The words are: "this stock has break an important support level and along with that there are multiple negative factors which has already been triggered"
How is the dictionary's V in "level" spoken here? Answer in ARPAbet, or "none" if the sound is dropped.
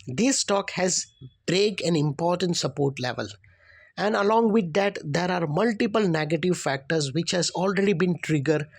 V